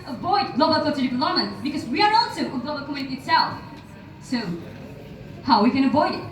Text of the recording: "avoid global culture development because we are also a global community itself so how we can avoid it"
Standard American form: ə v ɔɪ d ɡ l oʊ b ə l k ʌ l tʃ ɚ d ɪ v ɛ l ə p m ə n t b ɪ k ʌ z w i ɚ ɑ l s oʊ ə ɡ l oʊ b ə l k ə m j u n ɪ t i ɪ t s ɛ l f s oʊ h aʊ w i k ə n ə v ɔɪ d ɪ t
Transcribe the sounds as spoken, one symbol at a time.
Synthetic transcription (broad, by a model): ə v ɔɪ d ɡ l oʊ b ə l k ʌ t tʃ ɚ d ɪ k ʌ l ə m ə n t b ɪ k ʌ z w i ɚ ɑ l s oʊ ə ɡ l oʊ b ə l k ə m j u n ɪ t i ɪ t s ɛ l f s oʊ h aʊ w i k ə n ə v ɔɪ d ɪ t